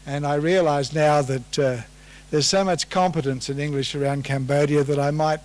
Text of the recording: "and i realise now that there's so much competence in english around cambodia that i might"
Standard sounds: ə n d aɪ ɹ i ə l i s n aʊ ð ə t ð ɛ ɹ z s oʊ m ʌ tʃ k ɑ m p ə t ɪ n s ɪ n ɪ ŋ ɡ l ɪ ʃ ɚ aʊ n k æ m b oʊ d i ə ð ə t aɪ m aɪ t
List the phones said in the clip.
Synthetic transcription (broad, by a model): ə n aɪ ɹ i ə l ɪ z n aʊ ð ə t ð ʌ ɹ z s oʊ m ʌ tʃ k ɑ m p ə t ɪ n s ɪ n ɪ ŋ ɡ l ɪ ʃ ɚ aʊ n k æ m b oʊ d i ə ð ə t aɪ m aɪ t